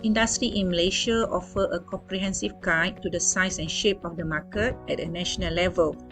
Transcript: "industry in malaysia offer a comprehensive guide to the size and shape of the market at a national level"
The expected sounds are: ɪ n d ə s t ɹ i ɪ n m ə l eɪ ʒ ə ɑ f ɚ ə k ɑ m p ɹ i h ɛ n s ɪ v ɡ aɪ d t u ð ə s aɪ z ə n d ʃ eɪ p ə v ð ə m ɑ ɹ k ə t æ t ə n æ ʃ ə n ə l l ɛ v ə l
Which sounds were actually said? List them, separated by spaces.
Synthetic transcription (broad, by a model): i n d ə s t ɹ i ɪ n m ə l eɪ ʃ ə ɑ f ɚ ə k ɑ m p ɹ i h ɛ n s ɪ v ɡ aɪ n t u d ə s aɪ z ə n ʃ eɪ p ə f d ə m ɑ k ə t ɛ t ə n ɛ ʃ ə n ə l l ɛ v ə l